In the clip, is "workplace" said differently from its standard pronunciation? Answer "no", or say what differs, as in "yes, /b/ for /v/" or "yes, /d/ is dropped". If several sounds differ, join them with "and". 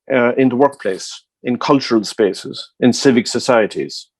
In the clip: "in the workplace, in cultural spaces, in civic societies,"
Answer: no